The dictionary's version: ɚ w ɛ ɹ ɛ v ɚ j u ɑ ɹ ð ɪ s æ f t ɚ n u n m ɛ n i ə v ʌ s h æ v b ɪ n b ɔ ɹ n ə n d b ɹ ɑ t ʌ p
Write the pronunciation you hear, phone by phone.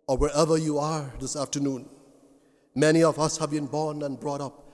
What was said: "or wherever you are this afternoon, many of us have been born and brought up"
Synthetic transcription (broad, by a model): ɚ w ɛ ɹ ɛ v ɚ j u ɑ ɹ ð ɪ s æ f t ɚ n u n m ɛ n i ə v ʌ s h æ v b ɪ n b ɔ ɹ n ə n b ɹ ɑ t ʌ p